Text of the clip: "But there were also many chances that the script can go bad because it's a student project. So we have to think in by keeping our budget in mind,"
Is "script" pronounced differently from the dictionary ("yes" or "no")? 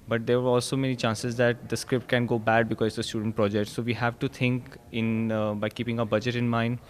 no